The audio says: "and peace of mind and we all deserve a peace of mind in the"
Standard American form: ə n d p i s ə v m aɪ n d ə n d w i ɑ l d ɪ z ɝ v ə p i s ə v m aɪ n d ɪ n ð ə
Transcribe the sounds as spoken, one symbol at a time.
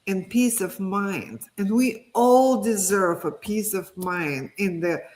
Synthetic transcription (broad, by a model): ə n p i s ə v m aɪ n d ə n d w i ɑ l d ɪ z ɝ v ə p i s ə v m aɪ n d ɪ n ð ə